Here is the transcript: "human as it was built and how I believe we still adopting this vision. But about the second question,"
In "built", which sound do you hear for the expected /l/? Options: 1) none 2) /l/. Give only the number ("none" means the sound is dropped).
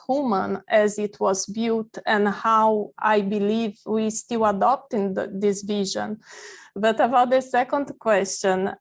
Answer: 1